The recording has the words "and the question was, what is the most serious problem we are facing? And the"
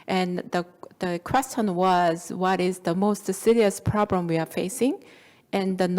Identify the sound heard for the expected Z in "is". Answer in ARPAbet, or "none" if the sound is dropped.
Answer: Z